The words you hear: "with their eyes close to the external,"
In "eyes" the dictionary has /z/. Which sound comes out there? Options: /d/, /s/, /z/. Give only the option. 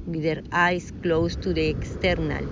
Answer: /s/